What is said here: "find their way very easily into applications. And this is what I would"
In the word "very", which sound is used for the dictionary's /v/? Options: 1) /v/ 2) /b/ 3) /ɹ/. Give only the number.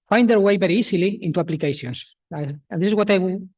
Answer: 2